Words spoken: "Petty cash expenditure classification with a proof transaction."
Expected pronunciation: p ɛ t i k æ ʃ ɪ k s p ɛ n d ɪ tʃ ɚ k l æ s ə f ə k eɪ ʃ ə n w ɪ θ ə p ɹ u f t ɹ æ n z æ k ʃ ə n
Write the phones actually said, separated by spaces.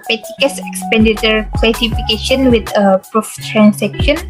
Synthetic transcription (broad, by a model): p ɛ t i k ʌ s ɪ k s p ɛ n d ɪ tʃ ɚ k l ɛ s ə f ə k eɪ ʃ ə n w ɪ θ ə p ɹ u f t ɹ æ n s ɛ k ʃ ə n